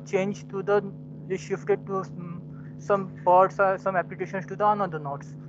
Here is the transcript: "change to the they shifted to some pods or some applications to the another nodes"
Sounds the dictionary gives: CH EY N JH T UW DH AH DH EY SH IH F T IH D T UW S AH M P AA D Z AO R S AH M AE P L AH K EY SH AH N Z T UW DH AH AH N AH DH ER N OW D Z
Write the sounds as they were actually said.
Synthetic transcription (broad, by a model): CH EY N JH T UW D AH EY SH IH F T IH D T UW S AH M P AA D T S S AH M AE P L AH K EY SH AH N S T UW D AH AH N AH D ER N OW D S